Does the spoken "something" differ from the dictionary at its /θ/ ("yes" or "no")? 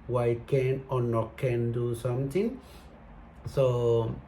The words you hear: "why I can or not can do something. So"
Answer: yes